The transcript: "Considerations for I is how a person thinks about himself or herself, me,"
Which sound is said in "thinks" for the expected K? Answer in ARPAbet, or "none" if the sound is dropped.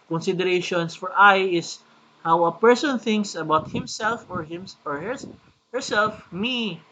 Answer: K